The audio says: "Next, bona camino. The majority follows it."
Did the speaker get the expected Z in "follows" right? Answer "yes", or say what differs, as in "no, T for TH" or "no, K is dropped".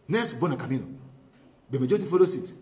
no, S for Z